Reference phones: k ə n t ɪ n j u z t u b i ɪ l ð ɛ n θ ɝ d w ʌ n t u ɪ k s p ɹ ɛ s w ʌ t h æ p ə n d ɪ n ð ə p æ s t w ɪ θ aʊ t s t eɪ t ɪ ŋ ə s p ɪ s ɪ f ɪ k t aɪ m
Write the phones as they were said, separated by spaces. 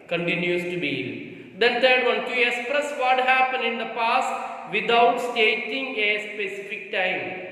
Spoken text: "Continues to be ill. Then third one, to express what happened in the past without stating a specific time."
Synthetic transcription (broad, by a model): k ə n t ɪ n j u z t u b i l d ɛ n t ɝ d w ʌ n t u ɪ s p ɹ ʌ s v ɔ t h æ p ə n d ɪ n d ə p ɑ s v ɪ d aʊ t s t eɪ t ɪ ŋ ə s p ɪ s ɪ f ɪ k t aɪ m